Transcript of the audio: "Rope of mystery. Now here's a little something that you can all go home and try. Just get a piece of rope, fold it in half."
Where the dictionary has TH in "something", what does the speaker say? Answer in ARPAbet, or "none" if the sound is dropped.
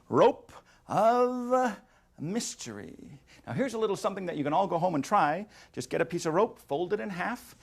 TH